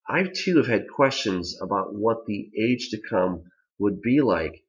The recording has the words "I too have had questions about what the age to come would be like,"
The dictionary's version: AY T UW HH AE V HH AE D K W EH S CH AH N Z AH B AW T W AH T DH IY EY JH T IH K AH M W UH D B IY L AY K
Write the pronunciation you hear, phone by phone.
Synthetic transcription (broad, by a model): AY T UW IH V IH D K W EH S CH AH N Z AH B AW T W AH T DH IY EY JH T IH K AH M W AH D B IY L AY K